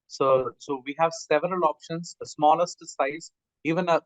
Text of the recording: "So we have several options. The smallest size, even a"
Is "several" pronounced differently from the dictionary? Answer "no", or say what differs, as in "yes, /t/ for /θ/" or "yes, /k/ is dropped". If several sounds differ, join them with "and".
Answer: no